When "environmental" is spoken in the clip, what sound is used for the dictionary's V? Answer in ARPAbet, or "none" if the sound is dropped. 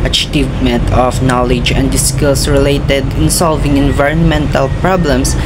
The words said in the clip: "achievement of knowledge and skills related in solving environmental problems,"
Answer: V